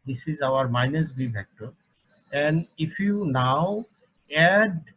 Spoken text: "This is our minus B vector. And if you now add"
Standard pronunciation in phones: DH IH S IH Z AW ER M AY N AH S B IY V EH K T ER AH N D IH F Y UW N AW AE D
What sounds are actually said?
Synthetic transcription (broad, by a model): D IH S IH Z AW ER M AY N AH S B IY P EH K T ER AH N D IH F Y UW N AW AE D